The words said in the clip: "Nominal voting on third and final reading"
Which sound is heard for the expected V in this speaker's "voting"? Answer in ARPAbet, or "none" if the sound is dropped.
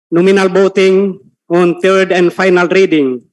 B